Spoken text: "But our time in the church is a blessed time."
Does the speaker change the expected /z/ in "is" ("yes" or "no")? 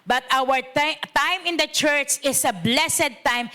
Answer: yes